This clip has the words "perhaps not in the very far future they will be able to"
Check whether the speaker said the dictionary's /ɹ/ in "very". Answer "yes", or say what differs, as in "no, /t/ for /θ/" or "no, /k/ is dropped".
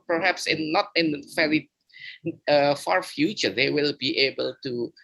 no, /ɹ/ is dropped